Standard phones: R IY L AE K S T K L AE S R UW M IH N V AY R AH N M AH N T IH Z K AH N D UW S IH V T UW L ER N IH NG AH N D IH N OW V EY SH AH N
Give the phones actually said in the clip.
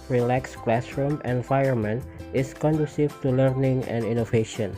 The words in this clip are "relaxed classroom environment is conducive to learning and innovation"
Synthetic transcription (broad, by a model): R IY L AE K S K L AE S R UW M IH N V AY AH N M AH N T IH S K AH N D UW S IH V T UW L ER N IH NG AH N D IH N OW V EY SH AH N